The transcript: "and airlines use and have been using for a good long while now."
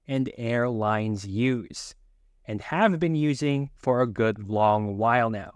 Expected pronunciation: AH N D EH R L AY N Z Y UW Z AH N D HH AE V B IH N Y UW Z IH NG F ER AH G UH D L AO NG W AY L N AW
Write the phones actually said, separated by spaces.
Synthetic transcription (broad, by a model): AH N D EH R L AY N Z Y UW Z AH N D HH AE V B IH N Y UW Z IH NG F ER AH G UH D L AO NG W AY L N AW